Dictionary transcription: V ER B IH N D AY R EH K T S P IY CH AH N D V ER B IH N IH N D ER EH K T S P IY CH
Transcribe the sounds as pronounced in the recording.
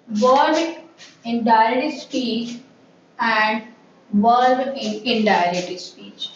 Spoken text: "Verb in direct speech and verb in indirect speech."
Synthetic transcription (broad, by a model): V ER IH N D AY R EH T S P IY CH AH N D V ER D IH N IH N D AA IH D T S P IY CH